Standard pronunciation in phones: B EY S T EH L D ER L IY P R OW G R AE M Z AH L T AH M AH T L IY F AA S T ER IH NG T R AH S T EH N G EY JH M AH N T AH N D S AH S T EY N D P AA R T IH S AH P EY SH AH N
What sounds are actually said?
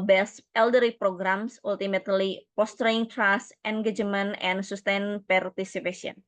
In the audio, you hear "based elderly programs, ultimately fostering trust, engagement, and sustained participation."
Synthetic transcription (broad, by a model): B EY S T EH L D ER IY P R OW G R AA M S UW L T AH M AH T L IY P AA S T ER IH NG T R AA S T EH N G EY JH M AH N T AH N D S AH S T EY N P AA R T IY S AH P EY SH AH N